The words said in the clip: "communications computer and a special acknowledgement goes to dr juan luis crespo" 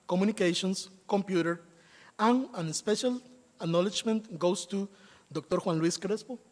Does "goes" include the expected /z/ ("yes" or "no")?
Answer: no